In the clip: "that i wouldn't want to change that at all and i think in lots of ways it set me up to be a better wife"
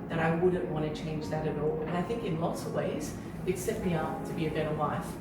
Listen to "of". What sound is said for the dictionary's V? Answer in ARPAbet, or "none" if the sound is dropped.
V